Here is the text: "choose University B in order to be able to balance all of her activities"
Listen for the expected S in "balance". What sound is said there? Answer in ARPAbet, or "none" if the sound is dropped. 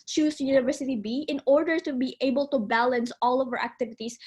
S